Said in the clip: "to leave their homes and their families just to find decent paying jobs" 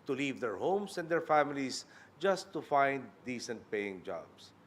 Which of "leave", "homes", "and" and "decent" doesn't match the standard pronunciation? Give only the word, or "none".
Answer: homes